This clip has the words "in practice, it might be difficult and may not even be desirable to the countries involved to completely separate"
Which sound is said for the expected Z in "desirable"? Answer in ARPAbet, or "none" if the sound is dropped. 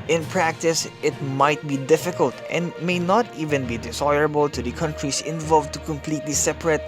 S